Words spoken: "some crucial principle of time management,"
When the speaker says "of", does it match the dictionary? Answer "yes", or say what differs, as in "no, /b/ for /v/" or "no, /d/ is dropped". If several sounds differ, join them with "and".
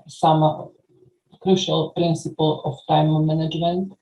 no, /f/ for /v/